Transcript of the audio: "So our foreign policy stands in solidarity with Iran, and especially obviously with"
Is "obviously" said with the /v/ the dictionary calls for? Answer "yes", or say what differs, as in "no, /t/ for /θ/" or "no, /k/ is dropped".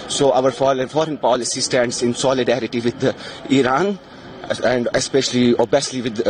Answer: no, /v/ is dropped